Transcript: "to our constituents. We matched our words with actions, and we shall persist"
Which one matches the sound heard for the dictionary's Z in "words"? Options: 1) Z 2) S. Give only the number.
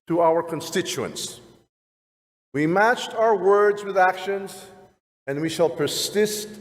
1